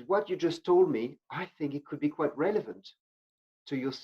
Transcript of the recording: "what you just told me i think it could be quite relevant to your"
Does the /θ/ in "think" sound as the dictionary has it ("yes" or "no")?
yes